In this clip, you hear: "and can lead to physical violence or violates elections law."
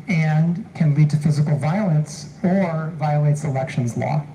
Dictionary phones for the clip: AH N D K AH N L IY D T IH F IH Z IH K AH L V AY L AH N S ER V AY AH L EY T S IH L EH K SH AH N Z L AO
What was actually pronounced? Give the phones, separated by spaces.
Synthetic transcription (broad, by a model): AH N K AH N L IY D T IH F IH Z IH K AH L V AY L AH N S ER V AY AH L EY T S IH L EH K SH AH N Z L AO